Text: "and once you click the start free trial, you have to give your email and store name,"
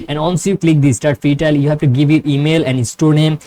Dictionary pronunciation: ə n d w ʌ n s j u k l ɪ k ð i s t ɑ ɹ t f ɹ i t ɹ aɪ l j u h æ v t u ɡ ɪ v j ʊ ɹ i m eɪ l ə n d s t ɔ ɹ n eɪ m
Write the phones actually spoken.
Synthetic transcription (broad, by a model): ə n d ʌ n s j u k l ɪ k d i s t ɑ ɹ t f i t aɪ l j u h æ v t u ɡ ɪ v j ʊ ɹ i m eɪ l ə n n s t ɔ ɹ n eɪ m